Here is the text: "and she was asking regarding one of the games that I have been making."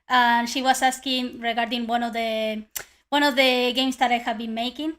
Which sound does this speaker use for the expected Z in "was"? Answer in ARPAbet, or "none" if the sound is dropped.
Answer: S